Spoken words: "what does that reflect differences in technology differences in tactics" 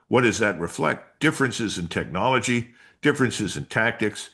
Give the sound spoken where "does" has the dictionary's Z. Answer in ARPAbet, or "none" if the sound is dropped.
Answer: Z